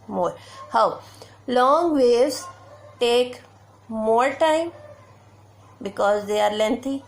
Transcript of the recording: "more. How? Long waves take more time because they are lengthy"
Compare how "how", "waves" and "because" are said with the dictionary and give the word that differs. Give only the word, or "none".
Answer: waves